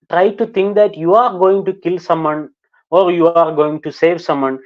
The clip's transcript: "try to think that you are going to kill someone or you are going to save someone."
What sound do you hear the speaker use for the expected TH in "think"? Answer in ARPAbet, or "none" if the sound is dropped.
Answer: T